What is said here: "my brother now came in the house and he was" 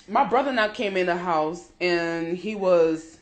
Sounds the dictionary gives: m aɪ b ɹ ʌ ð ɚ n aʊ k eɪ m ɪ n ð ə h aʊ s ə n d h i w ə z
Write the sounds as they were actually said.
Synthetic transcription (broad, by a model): m aɪ b ɹ ʌ ð ɚ n aʊ k eɪ m ɪ n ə h aʊ s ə n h i w ə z